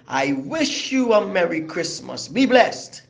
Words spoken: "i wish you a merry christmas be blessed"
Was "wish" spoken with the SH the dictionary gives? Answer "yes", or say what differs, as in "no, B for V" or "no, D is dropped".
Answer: yes